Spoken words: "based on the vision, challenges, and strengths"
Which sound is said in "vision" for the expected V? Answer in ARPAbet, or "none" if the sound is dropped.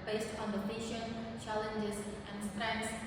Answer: P